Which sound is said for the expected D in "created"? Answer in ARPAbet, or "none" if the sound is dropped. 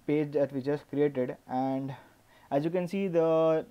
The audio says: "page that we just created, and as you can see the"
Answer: D